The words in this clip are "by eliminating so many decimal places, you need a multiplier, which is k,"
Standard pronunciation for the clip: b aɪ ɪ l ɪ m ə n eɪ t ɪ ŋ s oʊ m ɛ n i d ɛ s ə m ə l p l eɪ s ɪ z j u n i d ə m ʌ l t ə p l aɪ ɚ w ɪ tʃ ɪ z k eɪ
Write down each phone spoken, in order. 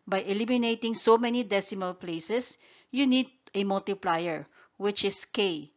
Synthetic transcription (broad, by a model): b aɪ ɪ l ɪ m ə n eɪ t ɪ ŋ s oʊ m ɛ n i d ɛ s ə m ə l p l eɪ s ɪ s j u n i d ə m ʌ l t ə p l aɪ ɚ w ɪ tʃ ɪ s k eɪ